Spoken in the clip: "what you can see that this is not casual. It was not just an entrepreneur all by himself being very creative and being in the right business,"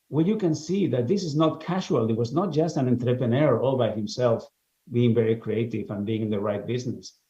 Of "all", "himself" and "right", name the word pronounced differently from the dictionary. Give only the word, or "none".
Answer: none